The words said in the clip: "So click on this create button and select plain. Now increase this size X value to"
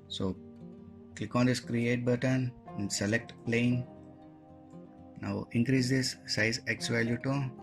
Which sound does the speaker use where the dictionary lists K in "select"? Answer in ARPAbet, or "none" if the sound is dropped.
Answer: K